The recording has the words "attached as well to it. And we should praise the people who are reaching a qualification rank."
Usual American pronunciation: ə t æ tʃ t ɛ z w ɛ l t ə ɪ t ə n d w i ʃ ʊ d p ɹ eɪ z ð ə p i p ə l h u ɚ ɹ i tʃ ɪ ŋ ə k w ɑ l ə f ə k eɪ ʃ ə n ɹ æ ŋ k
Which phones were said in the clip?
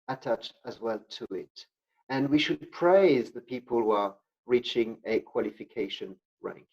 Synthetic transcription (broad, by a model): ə t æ tʃ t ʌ z w ɛ l t ə ɪ t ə n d w i ʃ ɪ d p ɹ eɪ z ð ə p i p ə l h u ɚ ɹ i tʃ ɪ ŋ ə k w ɑ l ə f ə k eɪ ʃ ə n ɹ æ ŋ k